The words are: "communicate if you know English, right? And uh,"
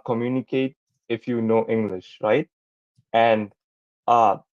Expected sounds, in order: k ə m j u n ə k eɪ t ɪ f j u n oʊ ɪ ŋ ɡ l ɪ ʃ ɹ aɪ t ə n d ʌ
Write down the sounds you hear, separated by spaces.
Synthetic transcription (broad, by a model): k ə m j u n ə k eɪ t ɪ f j u n oʊ ɪ ŋ ɡ l ɪ ʃ ɹ aɪ t ə n d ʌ